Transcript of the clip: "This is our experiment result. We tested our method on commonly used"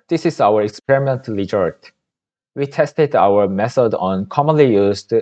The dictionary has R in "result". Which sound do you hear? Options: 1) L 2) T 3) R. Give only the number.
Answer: 1